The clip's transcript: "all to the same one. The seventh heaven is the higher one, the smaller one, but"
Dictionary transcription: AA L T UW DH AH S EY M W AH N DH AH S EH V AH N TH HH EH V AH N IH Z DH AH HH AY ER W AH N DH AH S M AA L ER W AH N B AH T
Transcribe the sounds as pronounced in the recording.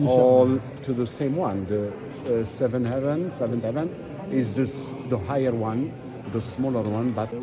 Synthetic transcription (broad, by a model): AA L T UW DH AH S EY M W AH N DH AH S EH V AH N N HH EH V AH N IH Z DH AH HH AY ER W AH N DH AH S M AA L ER W AH N B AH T